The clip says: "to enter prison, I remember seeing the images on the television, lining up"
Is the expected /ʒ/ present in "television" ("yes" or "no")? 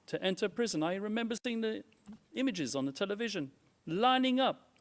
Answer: yes